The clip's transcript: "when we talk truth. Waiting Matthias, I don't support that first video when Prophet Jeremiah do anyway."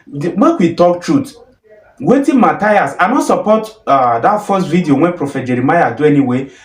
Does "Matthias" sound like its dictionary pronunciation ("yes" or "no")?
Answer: no